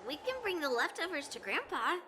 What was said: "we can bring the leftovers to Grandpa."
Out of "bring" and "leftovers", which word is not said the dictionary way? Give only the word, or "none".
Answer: none